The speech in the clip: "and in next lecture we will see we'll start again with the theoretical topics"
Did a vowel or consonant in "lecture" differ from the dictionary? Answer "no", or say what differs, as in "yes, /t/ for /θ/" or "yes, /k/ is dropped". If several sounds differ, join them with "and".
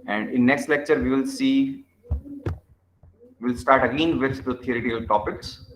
no